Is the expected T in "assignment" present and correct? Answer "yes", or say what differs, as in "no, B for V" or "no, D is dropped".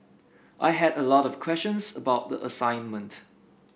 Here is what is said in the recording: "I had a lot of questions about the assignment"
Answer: yes